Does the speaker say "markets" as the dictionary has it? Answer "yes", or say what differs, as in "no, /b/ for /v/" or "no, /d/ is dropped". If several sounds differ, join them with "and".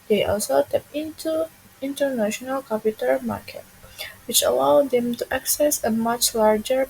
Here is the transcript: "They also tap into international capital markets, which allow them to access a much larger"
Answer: no, /s/ is dropped